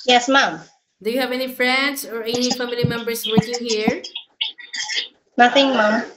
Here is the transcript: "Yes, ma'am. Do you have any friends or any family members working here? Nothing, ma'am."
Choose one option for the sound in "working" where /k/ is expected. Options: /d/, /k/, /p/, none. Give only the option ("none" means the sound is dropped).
none